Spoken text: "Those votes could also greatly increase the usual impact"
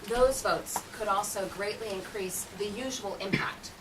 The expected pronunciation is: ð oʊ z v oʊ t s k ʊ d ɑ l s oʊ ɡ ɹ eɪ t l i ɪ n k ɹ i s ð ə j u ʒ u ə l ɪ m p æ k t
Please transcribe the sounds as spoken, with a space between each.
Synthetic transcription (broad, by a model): ð oʊ z v oʊ t s k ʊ d ɑ l s oʊ ɡ ɹ eɪ t l i ɪ n k ɹ i s ð ə j u ʒ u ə l ɪ m p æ k t